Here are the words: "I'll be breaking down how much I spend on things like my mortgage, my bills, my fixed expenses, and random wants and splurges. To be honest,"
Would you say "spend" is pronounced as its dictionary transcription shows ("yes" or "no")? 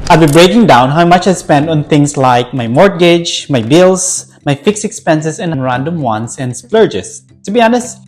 yes